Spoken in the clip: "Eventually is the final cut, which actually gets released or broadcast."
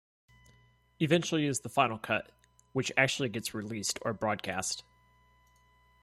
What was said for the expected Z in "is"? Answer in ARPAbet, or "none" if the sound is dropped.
Z